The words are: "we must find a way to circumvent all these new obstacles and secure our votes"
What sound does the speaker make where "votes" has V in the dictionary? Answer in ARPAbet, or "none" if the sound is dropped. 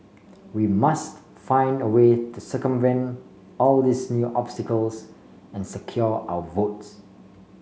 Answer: V